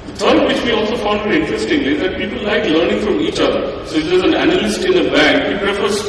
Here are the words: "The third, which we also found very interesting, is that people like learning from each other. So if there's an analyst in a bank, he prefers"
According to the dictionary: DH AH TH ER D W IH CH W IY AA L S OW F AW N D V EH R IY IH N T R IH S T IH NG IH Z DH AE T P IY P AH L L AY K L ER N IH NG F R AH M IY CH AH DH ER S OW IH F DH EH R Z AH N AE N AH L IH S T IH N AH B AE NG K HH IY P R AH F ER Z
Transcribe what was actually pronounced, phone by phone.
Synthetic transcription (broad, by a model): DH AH T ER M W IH CH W IY AA L S OW F AW N D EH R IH N T R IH S T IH NG IH Z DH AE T P IY P AH L L AY K L ER N IH NG F R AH M IY CH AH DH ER S OW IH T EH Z AH N AE N AH L IH S T IH N AH B AE NG K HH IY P R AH F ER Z